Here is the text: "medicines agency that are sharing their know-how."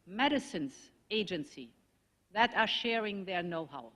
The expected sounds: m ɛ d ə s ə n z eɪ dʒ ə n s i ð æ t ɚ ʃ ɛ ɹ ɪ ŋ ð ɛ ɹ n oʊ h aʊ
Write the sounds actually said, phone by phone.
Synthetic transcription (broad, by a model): m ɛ d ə s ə n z eɪ dʒ ə n s i ð æ t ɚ ʃ ɛ ɹ ɪ ŋ ð ɛ ɹ n oʊ h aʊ